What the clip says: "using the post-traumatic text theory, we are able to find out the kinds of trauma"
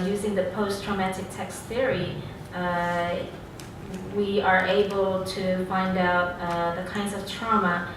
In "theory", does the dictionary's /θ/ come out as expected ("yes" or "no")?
yes